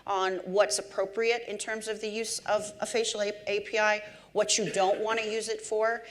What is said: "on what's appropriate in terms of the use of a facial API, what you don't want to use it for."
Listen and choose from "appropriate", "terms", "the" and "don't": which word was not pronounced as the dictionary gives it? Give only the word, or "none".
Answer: none